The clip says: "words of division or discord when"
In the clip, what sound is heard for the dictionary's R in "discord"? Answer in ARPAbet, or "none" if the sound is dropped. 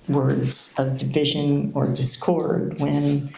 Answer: R